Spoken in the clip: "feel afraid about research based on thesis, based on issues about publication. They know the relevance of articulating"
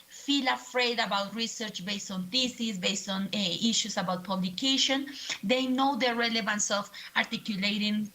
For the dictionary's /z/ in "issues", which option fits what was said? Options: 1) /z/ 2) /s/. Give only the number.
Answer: 2